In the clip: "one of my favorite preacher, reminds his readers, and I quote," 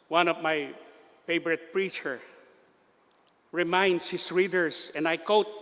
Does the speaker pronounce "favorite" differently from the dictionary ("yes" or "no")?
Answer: yes